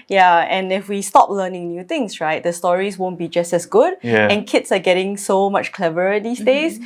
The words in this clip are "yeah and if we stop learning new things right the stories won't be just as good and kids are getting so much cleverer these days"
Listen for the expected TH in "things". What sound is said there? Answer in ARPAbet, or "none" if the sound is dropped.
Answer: T